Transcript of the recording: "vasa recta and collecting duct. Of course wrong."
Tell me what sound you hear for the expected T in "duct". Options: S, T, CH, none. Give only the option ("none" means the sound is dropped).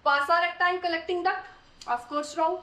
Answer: none